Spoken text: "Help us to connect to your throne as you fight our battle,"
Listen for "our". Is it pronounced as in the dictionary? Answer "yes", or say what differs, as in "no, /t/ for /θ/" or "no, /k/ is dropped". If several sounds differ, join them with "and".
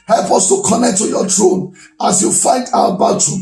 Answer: no, /w/ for /ɹ/